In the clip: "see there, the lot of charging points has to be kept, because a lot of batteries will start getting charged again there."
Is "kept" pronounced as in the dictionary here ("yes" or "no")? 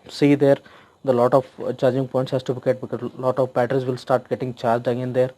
no